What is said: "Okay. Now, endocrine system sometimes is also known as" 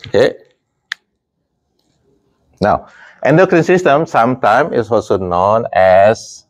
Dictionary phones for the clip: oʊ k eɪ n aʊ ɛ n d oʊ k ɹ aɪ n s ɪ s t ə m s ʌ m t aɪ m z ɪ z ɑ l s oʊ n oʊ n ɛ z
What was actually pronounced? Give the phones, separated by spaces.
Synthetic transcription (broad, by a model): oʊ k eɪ n aʊ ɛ n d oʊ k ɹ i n s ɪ s t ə m s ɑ m t aɪ m ɪ s ɑ l s oʊ n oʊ n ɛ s